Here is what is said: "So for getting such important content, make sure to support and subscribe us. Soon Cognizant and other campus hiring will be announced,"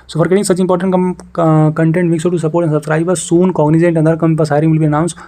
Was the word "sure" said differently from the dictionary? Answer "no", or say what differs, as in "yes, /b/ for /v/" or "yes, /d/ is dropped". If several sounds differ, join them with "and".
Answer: yes, /s/ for /ʃ/